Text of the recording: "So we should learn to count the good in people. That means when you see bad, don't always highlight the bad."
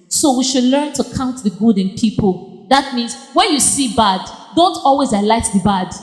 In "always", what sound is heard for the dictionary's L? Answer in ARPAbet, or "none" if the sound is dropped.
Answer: L